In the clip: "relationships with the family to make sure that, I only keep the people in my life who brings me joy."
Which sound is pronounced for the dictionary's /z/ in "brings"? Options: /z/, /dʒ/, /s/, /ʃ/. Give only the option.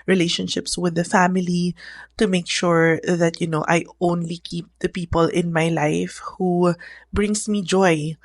/s/